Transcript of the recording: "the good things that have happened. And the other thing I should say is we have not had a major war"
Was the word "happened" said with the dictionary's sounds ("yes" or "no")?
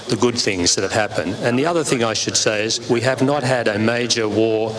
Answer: yes